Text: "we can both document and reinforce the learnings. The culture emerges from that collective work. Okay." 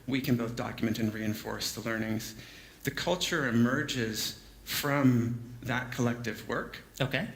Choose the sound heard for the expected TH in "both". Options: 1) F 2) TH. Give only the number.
2